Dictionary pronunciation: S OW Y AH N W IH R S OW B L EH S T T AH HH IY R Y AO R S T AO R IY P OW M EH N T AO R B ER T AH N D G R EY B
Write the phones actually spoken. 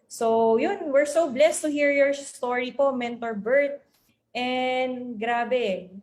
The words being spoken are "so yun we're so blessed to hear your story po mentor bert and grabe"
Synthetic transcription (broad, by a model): S OW Y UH N W IH R S OW B L EH S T T AH HH IY R Y AO R S T AO R IY P OW M EH N T AO R B ER T AH N D G R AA B